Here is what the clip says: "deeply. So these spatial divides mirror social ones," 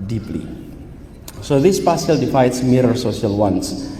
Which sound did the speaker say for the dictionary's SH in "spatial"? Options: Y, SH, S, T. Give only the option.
S